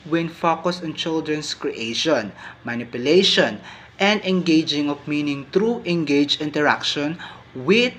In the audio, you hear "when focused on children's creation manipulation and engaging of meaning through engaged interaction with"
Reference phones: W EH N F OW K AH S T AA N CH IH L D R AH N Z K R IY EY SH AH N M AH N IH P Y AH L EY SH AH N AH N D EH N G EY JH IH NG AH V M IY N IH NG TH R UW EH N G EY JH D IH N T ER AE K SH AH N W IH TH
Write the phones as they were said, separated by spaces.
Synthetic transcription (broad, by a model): W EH N F OW K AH S AA N CH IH L D R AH N S K R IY EY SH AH N M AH N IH P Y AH L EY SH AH N AH N D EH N G EY JH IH NG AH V M IY N IH NG T R UW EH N G EY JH IH N T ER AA K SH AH N W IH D